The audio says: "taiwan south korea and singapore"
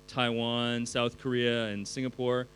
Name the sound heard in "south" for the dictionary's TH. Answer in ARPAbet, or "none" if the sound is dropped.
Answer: TH